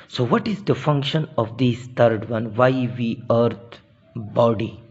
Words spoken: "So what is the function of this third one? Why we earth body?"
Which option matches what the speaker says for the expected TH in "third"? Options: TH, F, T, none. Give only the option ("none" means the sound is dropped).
T